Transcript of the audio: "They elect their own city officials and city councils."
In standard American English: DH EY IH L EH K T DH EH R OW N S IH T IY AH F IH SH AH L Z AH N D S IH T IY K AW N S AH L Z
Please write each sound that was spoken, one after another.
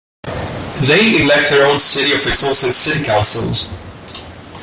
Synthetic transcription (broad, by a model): DH EY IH L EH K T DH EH R OW N S IH T IY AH F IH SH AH L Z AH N S IH T IY K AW L S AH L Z